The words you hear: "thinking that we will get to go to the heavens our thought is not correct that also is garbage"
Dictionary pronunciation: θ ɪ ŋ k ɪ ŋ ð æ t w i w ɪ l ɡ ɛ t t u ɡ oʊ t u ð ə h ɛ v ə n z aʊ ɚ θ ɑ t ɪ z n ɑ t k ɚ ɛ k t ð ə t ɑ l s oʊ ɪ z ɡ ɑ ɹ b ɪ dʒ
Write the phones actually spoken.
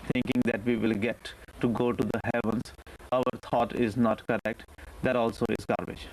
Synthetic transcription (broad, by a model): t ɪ ŋ k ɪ ŋ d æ t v i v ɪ l ɡ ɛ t t u ɡ oʊ t u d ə h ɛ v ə n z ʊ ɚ t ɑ t ɪ z n ɑ t k ɚ ɛ k t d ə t ɑ l s oʊ ɪ z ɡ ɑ ɹ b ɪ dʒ